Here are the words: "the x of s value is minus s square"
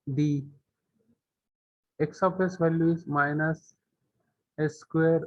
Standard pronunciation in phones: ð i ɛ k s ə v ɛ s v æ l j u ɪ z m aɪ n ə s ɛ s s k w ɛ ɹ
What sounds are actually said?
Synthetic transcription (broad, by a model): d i ɛ k s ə p ɛ s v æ l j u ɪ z m aɪ n ə s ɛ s s k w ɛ ɹ